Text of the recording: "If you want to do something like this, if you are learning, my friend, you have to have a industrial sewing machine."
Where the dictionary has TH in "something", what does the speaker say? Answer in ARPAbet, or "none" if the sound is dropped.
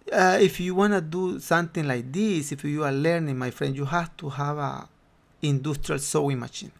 T